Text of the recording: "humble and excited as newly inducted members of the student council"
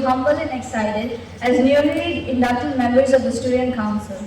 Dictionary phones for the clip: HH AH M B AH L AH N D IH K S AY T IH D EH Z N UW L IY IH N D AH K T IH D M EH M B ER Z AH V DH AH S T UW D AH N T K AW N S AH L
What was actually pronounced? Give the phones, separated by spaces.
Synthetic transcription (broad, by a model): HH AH M B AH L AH N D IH K S AY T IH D EH Z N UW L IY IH N D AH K T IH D M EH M ER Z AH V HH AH S T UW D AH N K AW N S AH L